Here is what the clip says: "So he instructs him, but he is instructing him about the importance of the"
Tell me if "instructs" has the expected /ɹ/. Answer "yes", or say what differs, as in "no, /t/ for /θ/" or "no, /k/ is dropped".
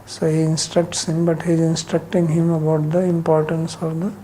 yes